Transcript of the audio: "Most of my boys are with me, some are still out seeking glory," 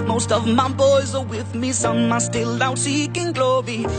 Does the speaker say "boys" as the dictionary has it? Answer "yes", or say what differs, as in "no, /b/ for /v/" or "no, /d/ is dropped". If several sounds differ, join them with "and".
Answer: yes